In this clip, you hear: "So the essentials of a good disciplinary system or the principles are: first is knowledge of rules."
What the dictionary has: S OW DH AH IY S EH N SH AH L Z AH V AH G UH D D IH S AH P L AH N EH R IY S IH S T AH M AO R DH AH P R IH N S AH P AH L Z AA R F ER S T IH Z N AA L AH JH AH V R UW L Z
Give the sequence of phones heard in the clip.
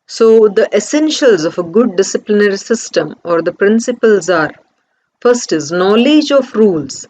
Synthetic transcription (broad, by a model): S OW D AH IY S EH N SH AH L Z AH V AH G UH D D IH S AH P L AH N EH R IY S IH S T AH M AO R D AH P R IH N S AH P AH L Z AA R F ER S T IH Z N AA L AH JH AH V R UW L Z